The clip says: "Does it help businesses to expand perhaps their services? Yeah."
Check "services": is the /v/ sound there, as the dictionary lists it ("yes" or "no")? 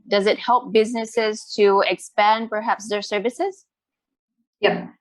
yes